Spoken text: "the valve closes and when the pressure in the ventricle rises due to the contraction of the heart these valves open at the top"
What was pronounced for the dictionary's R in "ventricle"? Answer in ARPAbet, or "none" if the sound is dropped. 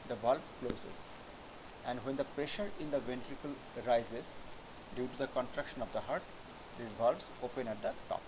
R